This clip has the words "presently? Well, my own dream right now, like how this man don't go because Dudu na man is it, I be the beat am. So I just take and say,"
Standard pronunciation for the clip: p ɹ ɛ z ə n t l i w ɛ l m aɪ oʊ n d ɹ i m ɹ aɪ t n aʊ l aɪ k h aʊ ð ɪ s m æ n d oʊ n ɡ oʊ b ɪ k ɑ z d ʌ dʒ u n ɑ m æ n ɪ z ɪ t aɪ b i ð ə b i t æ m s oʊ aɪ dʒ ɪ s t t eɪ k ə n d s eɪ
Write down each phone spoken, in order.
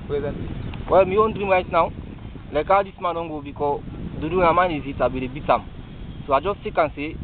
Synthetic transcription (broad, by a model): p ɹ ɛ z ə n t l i w ɛ l m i oʊ n d ɹ i m ɹ aɪ t n aʊ l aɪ k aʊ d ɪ s m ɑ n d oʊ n ɡ oʊ b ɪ k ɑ d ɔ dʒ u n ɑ m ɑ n ɪ z ɪ t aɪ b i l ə b i t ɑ m s oʊ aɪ dʒ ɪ s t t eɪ k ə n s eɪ